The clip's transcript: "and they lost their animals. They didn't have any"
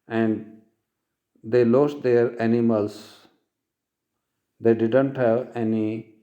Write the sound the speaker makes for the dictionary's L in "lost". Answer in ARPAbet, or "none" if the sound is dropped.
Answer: L